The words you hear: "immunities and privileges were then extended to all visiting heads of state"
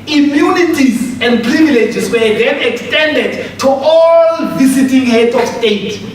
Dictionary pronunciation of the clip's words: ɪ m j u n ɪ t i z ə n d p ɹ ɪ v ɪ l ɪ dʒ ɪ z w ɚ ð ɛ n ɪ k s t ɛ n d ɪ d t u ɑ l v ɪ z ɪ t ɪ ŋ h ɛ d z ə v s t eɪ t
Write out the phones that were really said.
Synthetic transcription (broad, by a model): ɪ m j u n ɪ t i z ə n d p ɹ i v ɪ l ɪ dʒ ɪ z w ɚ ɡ ɛ n ɪ k s t ɛ n d ɪ d t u ɑ l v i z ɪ t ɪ ŋ h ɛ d ə f s t eɪ t